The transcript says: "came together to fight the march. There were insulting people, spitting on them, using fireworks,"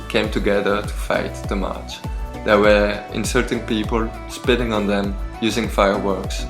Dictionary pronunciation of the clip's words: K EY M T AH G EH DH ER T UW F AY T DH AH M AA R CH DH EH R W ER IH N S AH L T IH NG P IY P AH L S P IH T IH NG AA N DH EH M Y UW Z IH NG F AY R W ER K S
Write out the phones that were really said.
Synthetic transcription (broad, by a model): K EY M T AH G EH DH ER T UW F AY T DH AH M AA R CH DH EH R W ER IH N S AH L T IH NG P IY P AH L S P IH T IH NG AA N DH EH M Y UW Z IH NG F AY R W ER K S